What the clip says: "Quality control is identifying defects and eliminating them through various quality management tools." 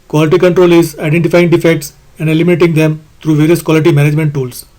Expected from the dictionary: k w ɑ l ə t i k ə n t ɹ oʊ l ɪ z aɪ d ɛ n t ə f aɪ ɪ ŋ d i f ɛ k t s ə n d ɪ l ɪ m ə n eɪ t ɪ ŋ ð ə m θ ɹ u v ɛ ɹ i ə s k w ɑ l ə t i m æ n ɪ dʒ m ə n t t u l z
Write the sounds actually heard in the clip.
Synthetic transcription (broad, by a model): k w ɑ l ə t i k ə n t ɹ oʊ l ɪ z aɪ d ɛ n t ə f aɪ ɪ ŋ d i f ɛ k t s ə n d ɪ l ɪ m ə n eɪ t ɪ ŋ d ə m t ɹ u v ɛ ɹ i ə s k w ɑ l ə t i m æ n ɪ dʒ m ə n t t u l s